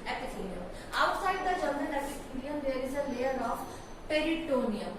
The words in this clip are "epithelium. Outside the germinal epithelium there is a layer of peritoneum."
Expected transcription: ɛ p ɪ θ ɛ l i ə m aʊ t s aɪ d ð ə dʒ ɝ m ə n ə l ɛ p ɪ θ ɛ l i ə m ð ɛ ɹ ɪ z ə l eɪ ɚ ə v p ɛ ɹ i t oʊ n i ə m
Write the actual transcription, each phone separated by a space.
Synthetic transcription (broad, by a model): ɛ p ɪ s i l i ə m aʊ t s aɪ d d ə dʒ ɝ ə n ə n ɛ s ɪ t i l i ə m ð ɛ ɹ ɪ z ə l eɪ ɚ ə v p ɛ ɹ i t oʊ n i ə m